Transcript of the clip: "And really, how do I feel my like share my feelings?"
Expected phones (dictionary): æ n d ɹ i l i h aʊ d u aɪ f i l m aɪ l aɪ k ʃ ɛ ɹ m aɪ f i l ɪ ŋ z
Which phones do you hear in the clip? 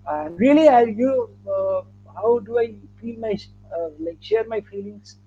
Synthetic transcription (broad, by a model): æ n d l i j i h aʊ d u aɪ f i l m aɪ l aɪ k ʃ ɛ ɹ m aɪ f i l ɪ ŋ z